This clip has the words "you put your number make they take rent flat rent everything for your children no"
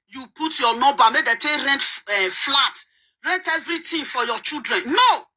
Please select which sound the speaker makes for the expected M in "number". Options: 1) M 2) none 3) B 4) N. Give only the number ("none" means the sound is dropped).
2